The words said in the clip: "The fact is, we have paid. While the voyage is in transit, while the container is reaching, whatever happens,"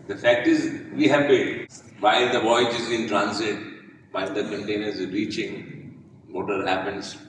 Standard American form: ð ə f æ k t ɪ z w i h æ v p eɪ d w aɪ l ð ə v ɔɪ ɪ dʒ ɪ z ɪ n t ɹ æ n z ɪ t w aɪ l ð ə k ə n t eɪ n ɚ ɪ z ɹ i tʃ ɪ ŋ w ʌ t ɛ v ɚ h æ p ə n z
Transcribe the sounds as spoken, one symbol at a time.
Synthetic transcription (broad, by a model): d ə f æ k t ɪ z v i h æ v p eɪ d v aɪ l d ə v ɔɪ ɪ dʒ ɪ z ɪ n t ɹ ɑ n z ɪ t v aɪ l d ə k ə n t eɪ n ɚ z ɹ i tʃ ɪ ŋ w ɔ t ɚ h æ p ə n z